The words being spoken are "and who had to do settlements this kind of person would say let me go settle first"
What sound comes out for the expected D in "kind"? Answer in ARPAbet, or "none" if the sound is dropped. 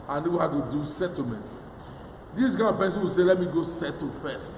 none